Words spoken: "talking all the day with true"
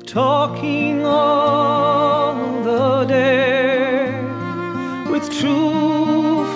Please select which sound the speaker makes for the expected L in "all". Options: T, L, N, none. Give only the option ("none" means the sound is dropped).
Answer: N